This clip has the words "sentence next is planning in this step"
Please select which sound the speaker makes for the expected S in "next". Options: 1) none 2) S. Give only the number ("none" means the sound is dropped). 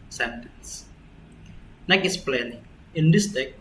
1